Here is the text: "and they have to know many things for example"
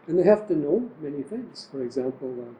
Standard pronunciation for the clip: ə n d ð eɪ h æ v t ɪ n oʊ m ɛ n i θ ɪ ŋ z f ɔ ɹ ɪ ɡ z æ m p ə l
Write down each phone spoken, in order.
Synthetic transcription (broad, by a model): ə n ð eɪ h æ f t ɪ n oʊ m ɛ n i θ ɪ ŋ z f ɔ ɹ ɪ ɡ z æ m p l